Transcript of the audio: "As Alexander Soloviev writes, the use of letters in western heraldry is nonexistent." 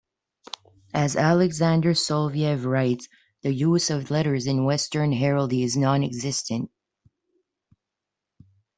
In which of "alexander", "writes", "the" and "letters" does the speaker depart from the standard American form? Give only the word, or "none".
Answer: none